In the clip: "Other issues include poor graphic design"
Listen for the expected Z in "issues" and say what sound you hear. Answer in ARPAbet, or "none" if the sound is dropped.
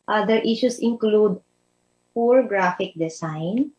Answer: S